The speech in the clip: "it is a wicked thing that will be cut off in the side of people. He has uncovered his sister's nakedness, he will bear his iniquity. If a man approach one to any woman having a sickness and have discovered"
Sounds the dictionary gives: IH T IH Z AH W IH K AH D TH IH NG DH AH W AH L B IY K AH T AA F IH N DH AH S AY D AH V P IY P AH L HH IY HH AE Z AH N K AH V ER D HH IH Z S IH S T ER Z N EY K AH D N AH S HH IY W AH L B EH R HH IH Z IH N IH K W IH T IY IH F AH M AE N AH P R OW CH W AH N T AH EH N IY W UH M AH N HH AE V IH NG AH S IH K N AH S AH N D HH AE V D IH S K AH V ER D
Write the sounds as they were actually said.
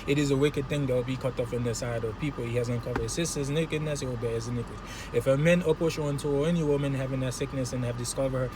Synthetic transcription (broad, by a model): IH T IH Z AH W IH K AH D TH IH NG DH AH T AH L B IY K AH T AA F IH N DH AH S AY D AH V P IY P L HH IY HH AE Z AH N K AH V ER D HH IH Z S IH S T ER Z N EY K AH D N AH S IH W AH L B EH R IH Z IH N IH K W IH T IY IH F AH M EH N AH P OW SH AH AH N T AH EH N IY W UH M AH N HH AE V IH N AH S IH K N AH S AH N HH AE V D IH S K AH V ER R